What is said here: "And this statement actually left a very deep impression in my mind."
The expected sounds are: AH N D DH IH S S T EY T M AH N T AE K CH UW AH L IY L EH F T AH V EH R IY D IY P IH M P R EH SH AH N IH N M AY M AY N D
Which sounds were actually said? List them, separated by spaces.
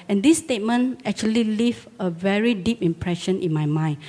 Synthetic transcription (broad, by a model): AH N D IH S S T EY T M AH N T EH K CH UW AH L IY L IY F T AH V EH R IY D IY P IH M P R EH SH AH N IH N M AY M AY N